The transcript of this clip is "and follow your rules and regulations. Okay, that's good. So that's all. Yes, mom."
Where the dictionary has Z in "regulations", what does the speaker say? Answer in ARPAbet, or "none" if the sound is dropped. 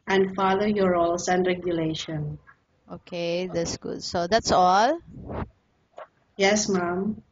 none